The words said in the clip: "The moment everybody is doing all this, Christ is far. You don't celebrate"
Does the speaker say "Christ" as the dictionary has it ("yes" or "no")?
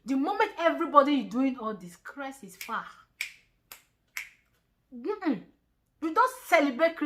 no